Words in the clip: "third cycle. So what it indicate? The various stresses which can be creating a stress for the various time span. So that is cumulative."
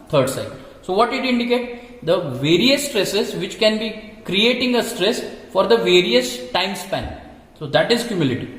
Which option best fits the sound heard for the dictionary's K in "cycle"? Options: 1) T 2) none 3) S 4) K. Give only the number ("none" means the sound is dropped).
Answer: 2